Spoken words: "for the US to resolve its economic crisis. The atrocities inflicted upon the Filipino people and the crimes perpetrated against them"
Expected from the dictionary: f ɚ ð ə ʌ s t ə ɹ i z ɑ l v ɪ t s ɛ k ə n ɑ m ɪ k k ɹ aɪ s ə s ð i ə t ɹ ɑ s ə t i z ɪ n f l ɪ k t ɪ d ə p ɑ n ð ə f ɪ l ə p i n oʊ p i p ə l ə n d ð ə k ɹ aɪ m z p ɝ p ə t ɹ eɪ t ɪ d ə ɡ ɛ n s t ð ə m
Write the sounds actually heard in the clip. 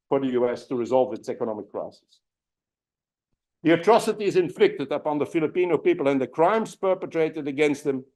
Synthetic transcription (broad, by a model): f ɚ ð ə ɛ s t ə ɹ i z ɑ l v ɪ t s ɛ k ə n ɑ m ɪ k k ɹ aɪ s ə s ð i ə t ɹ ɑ s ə t i z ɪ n f l ɪ k t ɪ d ə p ɑ n ð ə f ɪ l ə p i n oʊ p i p ə l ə n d ð ə k ɹ aɪ m z p ɝ p ə t ɹ eɪ t ɪ d ə ɡ ɛ n s t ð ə m